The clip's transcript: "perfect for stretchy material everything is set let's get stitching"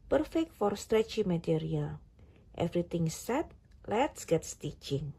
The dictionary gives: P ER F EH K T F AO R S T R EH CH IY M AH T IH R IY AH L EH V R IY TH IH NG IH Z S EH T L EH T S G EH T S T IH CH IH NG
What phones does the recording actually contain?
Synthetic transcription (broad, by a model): P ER F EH K T F AO R S T R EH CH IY M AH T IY R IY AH L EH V R IY T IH NG S EH T L EH T S G EH T S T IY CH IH NG